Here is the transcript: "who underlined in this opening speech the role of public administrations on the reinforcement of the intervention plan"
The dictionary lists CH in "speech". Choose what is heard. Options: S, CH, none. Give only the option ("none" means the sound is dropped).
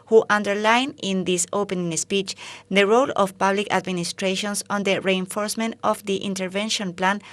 CH